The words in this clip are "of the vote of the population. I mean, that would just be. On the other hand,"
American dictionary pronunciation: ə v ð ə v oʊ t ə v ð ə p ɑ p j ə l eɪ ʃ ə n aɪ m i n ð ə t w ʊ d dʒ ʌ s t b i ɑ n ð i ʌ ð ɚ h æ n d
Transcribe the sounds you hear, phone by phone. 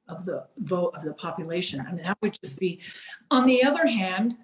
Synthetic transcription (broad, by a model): ə v ð ə v oʊ t ə v ð ə p ɑ p j ə l eɪ ʃ ə n aɪ m i n ð ə t w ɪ d dʒ ʌ s b i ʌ n ð i ʌ ð ɚ h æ n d